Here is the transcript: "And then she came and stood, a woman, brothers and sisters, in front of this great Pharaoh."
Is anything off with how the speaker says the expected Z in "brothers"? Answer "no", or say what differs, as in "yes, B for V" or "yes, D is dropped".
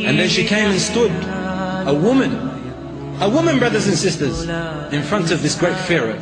no